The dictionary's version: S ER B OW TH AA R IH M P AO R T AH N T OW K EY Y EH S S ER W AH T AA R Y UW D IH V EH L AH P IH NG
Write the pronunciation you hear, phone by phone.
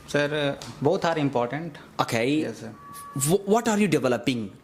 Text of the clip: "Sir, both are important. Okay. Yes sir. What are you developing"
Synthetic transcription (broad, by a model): S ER B OW T AA R IH M P AO R T AH N T OW K EY Y EH S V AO T AA R Y UW D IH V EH L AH P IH NG